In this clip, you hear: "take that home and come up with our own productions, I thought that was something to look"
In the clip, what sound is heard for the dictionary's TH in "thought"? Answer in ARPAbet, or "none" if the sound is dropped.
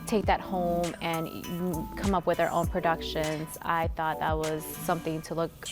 TH